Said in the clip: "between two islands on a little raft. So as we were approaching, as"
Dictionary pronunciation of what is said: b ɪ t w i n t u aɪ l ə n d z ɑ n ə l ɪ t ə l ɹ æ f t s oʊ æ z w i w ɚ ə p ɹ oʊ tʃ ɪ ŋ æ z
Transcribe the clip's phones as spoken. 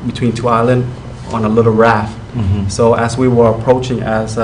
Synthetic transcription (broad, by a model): b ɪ t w i n t u aɪ l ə n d ɑ n ə l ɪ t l ɹ æ f t s oʊ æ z w i w ɚ ə p ɹ oʊ tʃ ɪ ŋ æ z